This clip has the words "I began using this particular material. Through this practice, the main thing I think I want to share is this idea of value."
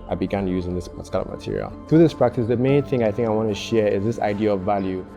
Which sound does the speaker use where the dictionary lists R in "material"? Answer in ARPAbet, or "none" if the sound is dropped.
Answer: R